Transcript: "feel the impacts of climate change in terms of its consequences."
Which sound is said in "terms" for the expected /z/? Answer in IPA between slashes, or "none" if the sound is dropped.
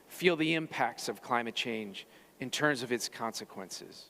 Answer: /z/